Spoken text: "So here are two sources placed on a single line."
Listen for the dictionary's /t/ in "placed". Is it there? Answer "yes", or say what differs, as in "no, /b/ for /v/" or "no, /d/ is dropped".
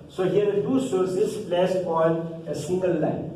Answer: no, /t/ is dropped